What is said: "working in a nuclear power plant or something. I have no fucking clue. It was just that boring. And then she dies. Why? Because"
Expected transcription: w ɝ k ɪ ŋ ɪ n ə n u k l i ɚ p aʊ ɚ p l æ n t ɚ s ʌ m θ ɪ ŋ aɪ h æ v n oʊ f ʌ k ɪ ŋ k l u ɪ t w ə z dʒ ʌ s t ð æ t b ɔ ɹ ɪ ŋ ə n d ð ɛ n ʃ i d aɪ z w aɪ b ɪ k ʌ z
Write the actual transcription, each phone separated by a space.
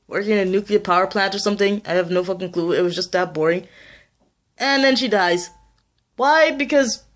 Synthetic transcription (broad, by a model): w ɝ k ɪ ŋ ɪ n ə n u k l i ɚ p aʊ ɚ p l æ n t ɚ s ʌ m θ ɪ ŋ aɪ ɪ v n oʊ f ʌ k ɪ ŋ k l u ɪ t w ə z dʒ ʌ s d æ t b ɔ ɹ ɪ ŋ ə n ð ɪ n ʃ i d aɪ z w aɪ b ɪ k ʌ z